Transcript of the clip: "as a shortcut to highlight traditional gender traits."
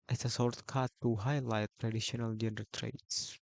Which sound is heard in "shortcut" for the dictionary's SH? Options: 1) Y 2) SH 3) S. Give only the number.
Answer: 3